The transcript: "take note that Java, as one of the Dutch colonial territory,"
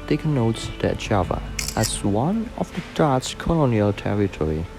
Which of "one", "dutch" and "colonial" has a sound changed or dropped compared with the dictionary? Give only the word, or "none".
dutch